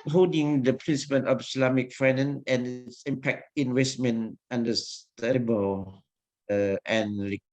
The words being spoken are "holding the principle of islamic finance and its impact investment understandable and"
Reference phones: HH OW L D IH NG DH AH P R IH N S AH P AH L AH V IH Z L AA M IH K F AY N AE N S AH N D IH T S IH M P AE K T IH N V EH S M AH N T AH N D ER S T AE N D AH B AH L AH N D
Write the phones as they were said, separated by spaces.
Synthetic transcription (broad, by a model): HH OW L D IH NG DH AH P R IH N S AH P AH N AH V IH S L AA M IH K F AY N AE N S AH N IH T S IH M P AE K T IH N W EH S M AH N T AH N D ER S T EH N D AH B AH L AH N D